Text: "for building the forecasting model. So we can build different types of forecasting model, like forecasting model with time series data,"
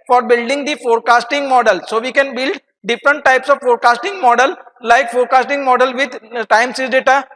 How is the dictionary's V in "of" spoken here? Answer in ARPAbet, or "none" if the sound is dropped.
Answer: V